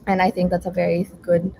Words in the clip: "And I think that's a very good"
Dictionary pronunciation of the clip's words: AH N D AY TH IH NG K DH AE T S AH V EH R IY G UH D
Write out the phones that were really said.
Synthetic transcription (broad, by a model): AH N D AY TH IH NG K DH AE T S AH V EH R IY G UH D